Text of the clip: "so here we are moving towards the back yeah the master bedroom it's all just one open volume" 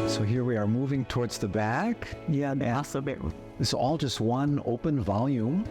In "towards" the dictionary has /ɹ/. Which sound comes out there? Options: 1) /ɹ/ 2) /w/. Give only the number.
1